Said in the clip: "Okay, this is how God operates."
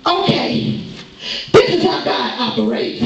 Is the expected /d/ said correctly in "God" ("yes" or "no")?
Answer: no